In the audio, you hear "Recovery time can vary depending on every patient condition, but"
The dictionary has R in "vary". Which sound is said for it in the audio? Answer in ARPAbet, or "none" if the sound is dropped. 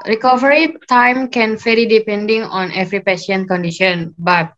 L